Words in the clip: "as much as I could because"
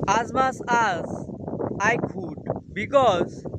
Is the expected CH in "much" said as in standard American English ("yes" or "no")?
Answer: no